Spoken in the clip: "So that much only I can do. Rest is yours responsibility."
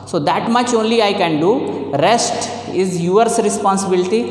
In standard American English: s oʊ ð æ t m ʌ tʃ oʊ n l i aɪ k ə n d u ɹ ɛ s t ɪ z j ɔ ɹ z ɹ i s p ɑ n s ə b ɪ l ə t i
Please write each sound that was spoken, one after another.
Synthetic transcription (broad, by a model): s oʊ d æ t m ʌ tʃ oʊ n l i aɪ k ə n d u ɹ ɛ s t ɪ z j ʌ ɹ s ɹ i s p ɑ n s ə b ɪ l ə t i